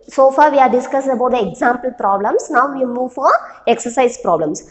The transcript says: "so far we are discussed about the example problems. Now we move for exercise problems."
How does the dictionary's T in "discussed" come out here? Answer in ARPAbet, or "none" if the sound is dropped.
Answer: none